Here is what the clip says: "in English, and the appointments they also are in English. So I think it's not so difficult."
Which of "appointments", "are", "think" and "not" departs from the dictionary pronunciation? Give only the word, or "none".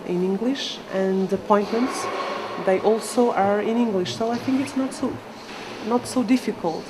none